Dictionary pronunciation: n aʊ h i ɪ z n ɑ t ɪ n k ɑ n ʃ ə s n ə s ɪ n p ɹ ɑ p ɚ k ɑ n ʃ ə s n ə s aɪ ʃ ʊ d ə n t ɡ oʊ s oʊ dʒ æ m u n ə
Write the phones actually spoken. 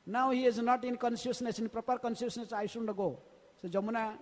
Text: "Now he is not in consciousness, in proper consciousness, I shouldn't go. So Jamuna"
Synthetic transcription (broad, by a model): n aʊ h i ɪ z n ɑ t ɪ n k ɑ n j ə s n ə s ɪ n p ɹ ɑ p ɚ k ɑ n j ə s n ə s aɪ s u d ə ɡ oʊ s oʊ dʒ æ m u n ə